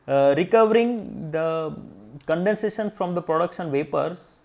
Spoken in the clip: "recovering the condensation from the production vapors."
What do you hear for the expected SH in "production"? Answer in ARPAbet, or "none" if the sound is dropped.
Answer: S